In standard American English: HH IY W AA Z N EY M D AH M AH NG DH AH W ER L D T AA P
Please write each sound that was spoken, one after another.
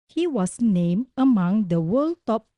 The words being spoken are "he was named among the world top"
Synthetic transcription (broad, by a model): HH IY W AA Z N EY M AH M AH NG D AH W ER L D T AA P